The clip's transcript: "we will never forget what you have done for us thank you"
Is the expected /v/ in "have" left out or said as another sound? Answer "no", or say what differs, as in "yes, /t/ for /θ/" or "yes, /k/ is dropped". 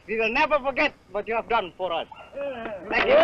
no